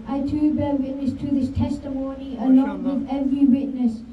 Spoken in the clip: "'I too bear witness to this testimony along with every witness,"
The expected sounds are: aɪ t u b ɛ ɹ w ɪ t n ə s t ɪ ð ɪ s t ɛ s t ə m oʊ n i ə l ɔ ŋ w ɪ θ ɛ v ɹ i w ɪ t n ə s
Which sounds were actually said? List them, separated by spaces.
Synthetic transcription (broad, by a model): aɪ t u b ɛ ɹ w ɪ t n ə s t ɪ ð ɪ s t ɛ s t ə m oʊ n i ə l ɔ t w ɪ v ɛ v ɹ i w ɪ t n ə s